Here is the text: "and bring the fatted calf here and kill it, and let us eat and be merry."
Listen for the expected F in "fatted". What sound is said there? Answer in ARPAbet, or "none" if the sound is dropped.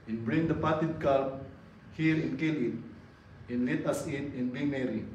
P